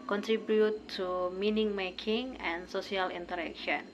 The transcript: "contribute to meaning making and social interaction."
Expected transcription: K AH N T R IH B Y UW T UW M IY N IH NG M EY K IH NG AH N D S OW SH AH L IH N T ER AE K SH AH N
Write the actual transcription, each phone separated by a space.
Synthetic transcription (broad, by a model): K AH N T R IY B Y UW T UW M IY N IH NG M EY K IH NG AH N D S OW S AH L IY N T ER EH K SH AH N